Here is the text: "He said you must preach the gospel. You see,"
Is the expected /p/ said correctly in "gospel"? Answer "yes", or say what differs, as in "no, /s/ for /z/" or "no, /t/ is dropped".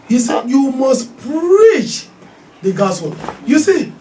no, /p/ is dropped